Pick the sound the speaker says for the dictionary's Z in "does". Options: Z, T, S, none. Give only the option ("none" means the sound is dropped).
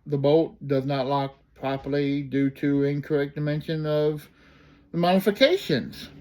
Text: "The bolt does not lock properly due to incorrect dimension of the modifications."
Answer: Z